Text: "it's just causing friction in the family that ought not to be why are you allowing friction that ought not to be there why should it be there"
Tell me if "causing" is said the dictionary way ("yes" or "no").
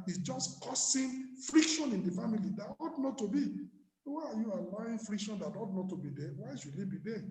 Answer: no